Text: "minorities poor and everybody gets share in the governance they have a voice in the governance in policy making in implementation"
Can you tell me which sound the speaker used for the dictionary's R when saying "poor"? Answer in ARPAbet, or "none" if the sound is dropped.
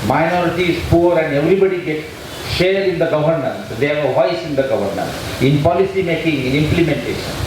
R